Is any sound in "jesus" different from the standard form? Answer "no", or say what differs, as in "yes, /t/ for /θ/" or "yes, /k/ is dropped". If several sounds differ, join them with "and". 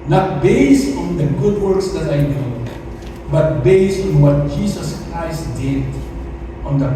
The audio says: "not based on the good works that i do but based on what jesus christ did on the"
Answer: yes, /s/ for /z/